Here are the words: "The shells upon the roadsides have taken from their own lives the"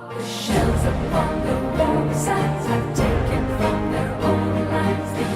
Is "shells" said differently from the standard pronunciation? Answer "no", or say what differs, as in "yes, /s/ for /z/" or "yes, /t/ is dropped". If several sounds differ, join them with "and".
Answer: no